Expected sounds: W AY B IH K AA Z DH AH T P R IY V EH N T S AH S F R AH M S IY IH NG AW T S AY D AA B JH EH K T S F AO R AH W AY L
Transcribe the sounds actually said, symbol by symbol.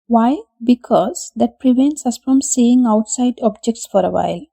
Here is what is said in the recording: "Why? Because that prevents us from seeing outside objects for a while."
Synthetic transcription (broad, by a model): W AY B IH K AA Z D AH T P R IY V EH N T S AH S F R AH M S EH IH NG AW T S AY D AA B JH EH K T S F AO R AH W AY L